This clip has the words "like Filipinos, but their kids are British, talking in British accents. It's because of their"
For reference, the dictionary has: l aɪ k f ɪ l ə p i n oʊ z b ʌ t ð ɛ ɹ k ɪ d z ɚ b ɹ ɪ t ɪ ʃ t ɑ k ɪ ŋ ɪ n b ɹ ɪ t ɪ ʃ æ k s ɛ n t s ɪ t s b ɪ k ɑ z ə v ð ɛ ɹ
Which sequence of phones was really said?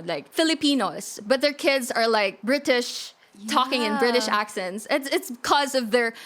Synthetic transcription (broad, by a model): l aɪ k f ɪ l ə p i n oʊ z b ʌ t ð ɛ ɹ k ɪ d z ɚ b ɹ ɪ t ɪ ʃ t ɑ k ɪ ŋ ɪ n b ɹ ɪ t ɪ ʃ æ k s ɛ n t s ɪ t s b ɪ k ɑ z ə v ð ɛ ɹ